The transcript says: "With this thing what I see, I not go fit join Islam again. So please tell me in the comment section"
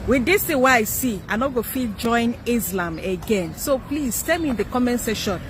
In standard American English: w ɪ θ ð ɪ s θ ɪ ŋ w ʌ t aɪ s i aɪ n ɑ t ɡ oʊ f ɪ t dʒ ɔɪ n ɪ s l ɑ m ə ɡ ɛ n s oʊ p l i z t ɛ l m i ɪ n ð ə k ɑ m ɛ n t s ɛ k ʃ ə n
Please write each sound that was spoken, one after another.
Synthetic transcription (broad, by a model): w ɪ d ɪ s t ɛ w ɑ aɪ s i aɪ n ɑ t ɡ oʊ f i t dʒ ɔɪ n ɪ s l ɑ m ə ɡ ɛ n s oʊ p l i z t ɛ m i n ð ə k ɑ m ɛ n s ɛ ʃ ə n